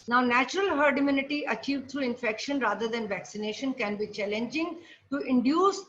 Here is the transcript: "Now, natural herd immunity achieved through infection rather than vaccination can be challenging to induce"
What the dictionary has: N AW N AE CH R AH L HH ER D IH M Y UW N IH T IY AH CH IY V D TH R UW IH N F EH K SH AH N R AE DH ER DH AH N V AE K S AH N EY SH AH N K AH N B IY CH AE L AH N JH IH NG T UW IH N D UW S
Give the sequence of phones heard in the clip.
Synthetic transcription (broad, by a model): N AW N AE CH R AH L HH ER D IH M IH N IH T IY AH CH IY V D T R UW IH N F EH K SH AH N R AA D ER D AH N V AE K S AH N EY SH AH N K AH N B IY CH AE L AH N JH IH NG T UW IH N D UW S